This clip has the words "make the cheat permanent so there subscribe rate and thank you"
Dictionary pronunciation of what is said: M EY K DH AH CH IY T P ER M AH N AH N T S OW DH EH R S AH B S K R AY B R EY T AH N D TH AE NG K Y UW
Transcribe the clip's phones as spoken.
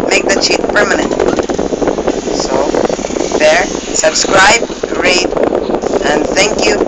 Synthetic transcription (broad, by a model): M EY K DH AH CH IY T P ER M AH N AH N T S OW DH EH R S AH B S K R AY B R EY T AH N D TH AE NG K Y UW